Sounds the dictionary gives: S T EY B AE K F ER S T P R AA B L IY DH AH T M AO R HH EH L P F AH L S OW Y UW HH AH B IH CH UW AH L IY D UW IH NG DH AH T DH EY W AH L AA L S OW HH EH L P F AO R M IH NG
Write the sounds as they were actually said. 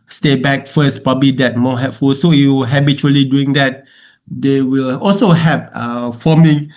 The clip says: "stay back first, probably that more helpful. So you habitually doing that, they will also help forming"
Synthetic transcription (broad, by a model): S T EY B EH K F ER S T P R AA B L IY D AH T M AO HH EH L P F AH L S OW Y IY HH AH B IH CH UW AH L IY D UW IH NG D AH T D EY W AH L AA L S OW HH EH P F AO M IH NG